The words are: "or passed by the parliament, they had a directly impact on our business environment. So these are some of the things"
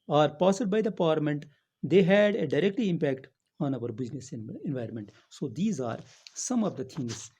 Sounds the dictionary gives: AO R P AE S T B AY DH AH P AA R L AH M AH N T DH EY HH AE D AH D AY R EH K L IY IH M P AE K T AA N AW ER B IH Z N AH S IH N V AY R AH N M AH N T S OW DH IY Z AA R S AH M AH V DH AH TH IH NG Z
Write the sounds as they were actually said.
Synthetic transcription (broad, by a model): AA R P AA S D B AY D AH P AA R L AH M AH N T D EY HH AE D AH D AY R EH K L IY IH M P AE K T AA N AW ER B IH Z N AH S IH N V AY R AH N M AH N T S OW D IY Z AA R S AH M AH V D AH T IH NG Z